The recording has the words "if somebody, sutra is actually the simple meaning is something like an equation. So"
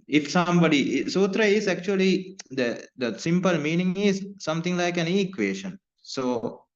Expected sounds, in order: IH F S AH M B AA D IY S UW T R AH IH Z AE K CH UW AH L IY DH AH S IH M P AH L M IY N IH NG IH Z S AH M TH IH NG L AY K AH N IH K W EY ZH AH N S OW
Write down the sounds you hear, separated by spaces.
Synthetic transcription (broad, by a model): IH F S AH M B AA D IY S UW T R AH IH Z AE K CH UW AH L IY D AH S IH M P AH L M IY N IH NG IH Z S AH M T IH NG L AY K AH N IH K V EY SH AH N S OW